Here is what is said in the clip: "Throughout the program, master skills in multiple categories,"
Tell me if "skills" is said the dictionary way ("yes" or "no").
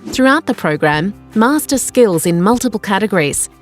yes